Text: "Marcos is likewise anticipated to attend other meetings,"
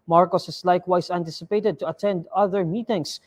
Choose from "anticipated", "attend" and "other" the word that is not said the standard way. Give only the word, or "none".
none